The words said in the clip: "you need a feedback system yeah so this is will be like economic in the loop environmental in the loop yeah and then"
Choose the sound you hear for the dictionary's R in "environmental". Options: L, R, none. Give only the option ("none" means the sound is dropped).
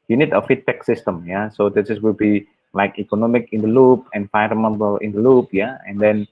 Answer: none